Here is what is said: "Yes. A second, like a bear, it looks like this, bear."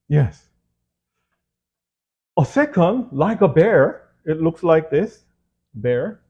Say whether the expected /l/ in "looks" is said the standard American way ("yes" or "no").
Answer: yes